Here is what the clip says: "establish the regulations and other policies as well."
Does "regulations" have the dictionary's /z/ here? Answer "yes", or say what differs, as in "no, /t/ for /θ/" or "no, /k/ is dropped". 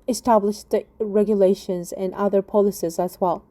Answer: yes